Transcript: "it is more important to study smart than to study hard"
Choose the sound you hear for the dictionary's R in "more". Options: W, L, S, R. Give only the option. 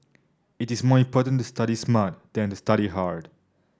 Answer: R